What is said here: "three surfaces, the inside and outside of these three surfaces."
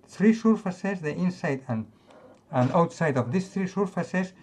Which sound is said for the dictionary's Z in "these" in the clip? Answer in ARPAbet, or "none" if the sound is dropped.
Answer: S